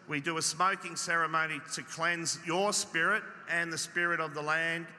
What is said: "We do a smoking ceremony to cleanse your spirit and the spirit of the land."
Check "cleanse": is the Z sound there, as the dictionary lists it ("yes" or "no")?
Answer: yes